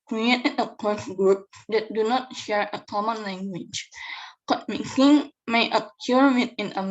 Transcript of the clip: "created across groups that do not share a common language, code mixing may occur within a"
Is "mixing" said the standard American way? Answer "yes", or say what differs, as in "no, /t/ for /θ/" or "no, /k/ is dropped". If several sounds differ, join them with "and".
no, /s/ is dropped